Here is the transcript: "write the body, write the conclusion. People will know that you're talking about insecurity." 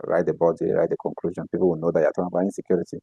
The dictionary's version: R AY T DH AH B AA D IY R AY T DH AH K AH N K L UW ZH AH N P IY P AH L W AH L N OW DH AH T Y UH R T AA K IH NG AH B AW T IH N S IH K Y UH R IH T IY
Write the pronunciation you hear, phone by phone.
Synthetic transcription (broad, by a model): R AY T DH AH B AA D IY R AY T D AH K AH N K L UW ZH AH N P IY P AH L W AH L N OW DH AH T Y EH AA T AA IH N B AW IH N S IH K Y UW R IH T IY